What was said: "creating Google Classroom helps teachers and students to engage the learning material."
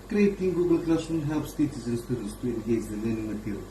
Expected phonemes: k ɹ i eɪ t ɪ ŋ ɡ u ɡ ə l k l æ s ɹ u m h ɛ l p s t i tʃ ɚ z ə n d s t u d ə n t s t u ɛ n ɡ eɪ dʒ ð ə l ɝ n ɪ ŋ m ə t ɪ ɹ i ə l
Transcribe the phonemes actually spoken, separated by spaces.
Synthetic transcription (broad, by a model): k ɹ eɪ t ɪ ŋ ɡ u ɡ ə l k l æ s u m h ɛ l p s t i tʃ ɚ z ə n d s t u d ə n t s t u ɛ n ɡ eɪ dʒ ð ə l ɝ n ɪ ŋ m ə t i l